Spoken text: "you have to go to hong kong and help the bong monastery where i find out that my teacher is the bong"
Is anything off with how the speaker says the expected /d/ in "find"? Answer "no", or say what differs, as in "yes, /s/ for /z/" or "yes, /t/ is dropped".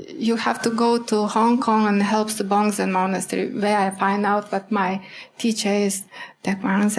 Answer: no